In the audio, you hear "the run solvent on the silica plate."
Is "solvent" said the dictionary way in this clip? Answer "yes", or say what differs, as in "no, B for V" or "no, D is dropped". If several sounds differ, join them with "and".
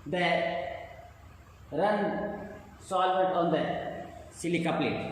no, N is dropped